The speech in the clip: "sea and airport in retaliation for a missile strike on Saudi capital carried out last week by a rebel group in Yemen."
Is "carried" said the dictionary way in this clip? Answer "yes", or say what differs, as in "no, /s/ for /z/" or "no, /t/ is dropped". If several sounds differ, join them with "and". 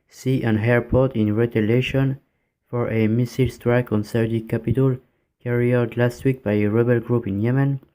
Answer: no, /d/ is dropped